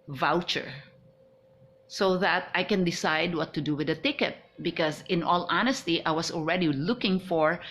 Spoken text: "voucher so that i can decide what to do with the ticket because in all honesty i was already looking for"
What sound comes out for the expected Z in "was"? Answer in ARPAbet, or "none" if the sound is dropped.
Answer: S